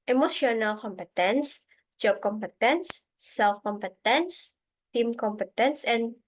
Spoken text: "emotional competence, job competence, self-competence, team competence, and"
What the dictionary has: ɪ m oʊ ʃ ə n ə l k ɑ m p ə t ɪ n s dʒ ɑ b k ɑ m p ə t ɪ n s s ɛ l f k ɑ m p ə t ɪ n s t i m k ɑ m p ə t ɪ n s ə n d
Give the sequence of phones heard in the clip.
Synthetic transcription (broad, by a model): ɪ m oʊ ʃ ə n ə l k ɑ m p ə t ɪ n s dʒ ɑ b k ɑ m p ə t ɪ n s s ɛ l f k ɑ m p ə t ɪ n s t i m k ɑ m p ə t ɪ n s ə n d